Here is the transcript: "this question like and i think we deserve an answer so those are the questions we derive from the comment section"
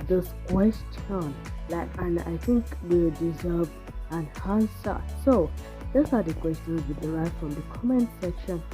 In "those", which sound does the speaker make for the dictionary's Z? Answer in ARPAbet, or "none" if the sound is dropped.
S